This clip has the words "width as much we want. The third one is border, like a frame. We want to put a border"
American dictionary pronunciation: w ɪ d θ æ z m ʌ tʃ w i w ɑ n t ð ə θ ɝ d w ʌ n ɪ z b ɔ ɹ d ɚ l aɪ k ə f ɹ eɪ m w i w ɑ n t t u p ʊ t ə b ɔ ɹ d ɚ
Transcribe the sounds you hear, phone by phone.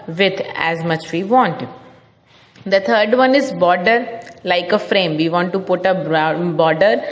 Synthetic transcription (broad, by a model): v ɪ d æ z m ʌ tʃ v i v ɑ n t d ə t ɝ d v ʌ n ɪ z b ɔ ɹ d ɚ l aɪ k ə f ɹ eɪ m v i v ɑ n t t u p ʊ t ə b ɔ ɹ d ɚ